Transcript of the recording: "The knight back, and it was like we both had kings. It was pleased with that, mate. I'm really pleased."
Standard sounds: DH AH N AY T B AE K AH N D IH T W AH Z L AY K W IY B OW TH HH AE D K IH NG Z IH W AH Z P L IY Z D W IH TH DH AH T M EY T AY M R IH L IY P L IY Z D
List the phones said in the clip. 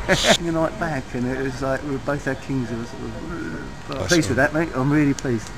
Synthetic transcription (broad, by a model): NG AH N AY T B AE K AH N IH T W AH Z L AY K W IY B OW TH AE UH K IH NG Z IH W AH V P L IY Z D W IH DH AH T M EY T AY M R IH L IY P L IY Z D